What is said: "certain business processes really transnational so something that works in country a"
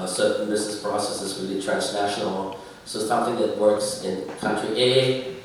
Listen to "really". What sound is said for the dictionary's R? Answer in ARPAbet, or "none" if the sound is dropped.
W